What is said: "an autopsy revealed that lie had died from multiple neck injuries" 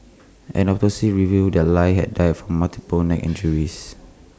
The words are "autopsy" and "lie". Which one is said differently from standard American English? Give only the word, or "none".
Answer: autopsy